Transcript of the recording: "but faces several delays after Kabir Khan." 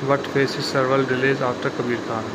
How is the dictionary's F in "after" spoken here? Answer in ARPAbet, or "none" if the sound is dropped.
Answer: none